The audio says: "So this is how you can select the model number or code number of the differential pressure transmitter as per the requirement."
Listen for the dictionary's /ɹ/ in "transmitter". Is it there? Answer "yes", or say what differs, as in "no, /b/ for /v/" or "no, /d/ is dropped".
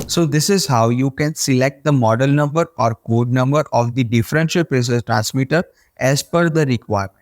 yes